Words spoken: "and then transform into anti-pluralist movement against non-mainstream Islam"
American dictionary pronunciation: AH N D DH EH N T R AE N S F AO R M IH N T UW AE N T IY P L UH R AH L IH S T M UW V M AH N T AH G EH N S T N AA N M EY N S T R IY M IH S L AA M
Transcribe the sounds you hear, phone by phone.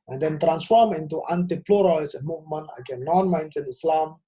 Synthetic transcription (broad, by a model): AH N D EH N T R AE N S F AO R M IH N T UW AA N T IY P L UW R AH L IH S M UW V M AH N T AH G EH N N AA N M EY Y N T IY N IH S L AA M